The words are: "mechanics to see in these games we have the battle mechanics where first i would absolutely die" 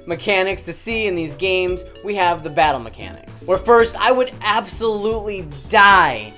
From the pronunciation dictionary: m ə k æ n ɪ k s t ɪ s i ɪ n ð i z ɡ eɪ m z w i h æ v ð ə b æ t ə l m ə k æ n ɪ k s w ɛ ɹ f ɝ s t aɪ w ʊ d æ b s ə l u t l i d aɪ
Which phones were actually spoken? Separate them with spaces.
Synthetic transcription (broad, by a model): m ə k æ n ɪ k s t ɪ s i ɪ n ð i z ɡ eɪ m z w i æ v ð ə b æ t l m ə k æ n ɪ k s w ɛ ɹ f ɝ s t aɪ w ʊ d æ b s ə l u t l i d aɪ